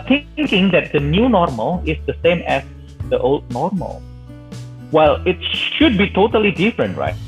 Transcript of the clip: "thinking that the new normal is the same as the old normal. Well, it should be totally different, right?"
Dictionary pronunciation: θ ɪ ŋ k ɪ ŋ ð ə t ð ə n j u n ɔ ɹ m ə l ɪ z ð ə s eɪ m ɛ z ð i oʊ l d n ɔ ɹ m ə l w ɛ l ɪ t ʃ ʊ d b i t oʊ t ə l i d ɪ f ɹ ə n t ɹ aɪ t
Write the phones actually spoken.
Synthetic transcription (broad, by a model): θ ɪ ŋ k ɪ ŋ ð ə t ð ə n j u n ɔ ɹ m ə l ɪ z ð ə s eɪ m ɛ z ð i oʊ l d n ɔ ɹ m ə l w ɛ l ɪ t ʃ ʊ d b i t oʊ t ə l i d ɪ f ɹ ə n t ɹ aɪ t